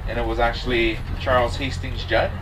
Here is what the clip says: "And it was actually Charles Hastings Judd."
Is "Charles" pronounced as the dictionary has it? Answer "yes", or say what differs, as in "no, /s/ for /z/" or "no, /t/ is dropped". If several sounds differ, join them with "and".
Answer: yes